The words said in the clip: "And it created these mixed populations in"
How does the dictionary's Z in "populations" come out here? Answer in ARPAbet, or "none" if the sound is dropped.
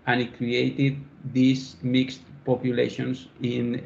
S